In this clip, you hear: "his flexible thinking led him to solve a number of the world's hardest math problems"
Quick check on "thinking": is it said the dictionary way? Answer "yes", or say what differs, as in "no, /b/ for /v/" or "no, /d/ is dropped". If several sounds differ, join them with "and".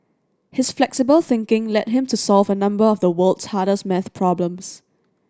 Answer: yes